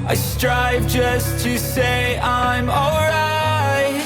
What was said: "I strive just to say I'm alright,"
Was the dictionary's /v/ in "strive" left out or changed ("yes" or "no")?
no